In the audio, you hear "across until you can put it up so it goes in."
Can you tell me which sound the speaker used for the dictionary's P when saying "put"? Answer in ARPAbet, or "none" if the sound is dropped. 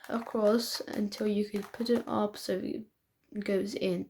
P